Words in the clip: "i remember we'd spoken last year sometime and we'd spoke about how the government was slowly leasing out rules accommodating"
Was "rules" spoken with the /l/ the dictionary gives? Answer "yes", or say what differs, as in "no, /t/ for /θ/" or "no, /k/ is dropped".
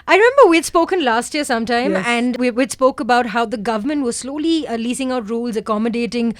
yes